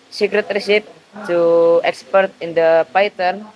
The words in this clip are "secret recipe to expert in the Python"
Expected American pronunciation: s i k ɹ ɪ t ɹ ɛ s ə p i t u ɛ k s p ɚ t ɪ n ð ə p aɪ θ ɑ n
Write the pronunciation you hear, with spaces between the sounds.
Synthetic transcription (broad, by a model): s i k ɹ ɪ t ɹ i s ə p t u ɛ k s p ɚ t ɪ n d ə p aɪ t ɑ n